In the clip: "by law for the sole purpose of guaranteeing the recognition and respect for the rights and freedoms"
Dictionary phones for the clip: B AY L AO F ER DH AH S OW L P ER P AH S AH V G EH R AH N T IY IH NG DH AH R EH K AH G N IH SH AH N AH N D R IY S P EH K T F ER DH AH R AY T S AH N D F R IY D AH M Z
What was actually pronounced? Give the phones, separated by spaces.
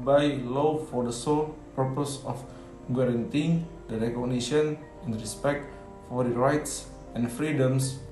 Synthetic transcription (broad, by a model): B AY L AO F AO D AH S OW L P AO P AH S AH F G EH R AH N T IY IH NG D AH R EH K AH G N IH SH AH N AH N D R IY S P EH K T F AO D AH R AY T S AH N F R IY D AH M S